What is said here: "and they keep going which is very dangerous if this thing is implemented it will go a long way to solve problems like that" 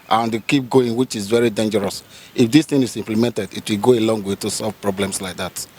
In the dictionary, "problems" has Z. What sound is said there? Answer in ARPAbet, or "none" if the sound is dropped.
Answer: S